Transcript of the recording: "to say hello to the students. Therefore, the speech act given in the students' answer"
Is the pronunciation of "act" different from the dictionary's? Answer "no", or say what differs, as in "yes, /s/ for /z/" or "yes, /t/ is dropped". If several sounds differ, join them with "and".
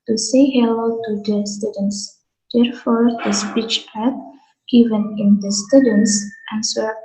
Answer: yes, /k/ is dropped